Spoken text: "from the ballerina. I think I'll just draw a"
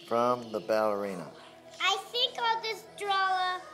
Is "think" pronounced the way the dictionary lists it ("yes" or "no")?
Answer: yes